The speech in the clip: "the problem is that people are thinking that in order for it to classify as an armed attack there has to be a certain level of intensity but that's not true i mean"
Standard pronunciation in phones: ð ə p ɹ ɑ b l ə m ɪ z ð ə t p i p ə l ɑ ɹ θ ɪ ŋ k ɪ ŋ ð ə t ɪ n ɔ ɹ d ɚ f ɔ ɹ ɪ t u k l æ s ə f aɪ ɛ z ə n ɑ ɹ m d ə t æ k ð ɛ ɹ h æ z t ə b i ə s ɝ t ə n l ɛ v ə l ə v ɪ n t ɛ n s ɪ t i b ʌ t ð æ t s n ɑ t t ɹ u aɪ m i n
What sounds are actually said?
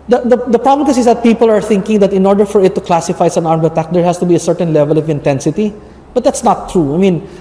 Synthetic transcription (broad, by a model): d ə p ɹ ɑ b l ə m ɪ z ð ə t p i p ə l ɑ ɹ θ ɪ ŋ k ɪ ŋ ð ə t ɪ n ɔ ɹ d ɚ f ɔ ɹ ɪ t u k l æ s ə f aɪ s ə n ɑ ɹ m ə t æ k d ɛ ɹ h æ s t ə b i ə s ɝ t ə n l ɛ v ə l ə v ɪ n t ɛ n s ɪ t i b ʌ t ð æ t s n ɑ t t ɹ u aɪ m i n